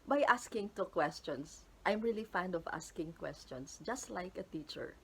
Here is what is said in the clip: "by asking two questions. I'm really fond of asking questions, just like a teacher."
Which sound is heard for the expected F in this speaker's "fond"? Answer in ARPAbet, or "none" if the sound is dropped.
F